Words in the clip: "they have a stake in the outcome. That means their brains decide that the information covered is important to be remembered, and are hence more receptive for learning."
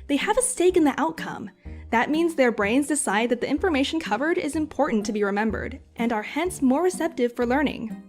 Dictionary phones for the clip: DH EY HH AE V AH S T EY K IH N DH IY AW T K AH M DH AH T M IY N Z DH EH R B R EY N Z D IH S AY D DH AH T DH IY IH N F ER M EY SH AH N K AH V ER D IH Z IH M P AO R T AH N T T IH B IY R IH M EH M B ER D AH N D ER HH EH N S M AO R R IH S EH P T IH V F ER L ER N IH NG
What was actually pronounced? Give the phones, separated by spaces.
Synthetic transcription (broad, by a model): DH EY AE V AH S T EY K IH N DH IY AW T K AH M DH AH T M IY N Z DH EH R B R EY N Z D IH S AY D DH AH T DH IY IH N F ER M EY SH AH N K AH V ER D IH Z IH M P AO R T N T T IH B IY R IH M EH M B ER D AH N ER HH EH N S M AO R R IH S EH P T IH V F ER L ER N IH NG